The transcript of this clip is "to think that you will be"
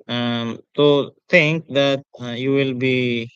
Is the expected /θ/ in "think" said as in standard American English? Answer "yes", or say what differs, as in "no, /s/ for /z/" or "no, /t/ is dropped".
no, /t/ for /θ/